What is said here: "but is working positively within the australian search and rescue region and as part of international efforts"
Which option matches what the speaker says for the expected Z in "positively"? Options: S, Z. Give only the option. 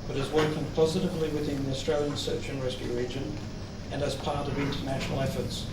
Z